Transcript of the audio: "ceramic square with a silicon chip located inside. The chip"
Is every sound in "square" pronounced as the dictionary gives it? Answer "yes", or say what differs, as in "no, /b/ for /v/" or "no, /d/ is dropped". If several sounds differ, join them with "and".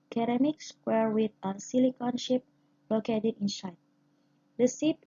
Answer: no, /k/ is dropped